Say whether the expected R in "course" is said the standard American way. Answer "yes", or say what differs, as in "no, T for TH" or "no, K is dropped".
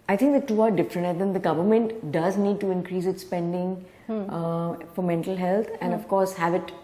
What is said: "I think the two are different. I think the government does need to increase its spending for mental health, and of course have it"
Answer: yes